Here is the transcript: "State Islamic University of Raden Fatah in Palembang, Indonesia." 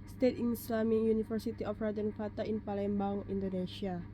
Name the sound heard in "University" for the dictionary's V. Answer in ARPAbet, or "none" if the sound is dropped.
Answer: F